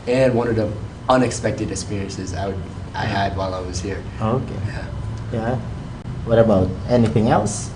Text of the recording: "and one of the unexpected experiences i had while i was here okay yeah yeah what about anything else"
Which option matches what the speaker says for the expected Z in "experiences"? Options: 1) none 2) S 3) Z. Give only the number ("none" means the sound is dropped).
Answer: 3